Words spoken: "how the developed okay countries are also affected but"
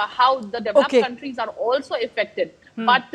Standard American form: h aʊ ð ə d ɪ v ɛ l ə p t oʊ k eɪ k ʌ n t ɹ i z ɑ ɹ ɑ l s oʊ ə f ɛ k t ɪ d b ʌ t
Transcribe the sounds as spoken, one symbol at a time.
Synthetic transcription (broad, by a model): h aʊ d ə d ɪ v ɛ ə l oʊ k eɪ k ʌ n t ɹ i z ɑ ɹ ɑ l s oʊ ə f ɛ k t ɪ d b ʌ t